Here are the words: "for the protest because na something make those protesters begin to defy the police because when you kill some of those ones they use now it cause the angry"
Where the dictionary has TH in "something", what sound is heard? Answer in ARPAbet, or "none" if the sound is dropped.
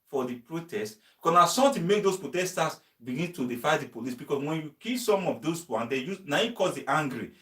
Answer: T